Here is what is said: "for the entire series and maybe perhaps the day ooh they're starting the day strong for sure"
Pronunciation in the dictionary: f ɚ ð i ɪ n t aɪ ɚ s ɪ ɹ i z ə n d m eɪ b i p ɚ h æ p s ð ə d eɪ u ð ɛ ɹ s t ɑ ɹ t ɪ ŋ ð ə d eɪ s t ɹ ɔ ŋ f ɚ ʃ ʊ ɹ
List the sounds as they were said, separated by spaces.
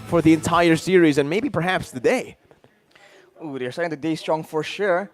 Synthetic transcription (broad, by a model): f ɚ ð i ɪ n t aɪ ɚ s ɪ ɹ i z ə n m eɪ b i p ɚ h æ p s ð ə d eɪ u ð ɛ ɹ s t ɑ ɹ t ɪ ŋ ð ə d eɪ s t ɹ ɔ ŋ f ɚ ʃ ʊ ɹ